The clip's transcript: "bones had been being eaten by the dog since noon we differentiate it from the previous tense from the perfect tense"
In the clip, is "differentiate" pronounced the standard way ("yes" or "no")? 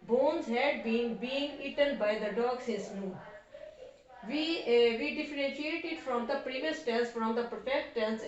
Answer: yes